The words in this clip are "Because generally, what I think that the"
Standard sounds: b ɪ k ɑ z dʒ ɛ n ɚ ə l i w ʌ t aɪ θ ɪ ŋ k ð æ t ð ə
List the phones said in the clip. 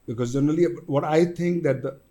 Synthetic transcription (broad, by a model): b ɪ k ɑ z dʒ ɛ n ɚ ə l i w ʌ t aɪ t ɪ ŋ k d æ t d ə